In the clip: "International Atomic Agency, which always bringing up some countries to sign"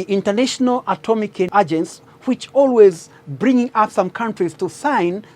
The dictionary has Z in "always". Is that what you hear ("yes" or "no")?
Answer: yes